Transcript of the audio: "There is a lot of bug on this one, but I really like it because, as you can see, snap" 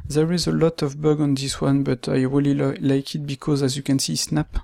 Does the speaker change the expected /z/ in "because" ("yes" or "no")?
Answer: no